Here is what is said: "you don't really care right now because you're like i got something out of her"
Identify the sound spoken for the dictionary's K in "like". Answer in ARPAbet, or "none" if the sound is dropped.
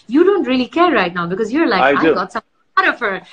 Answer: none